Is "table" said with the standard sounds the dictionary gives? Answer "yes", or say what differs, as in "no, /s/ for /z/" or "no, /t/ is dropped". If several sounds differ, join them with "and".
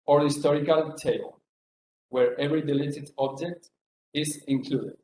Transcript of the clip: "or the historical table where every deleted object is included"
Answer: no, /b/ is dropped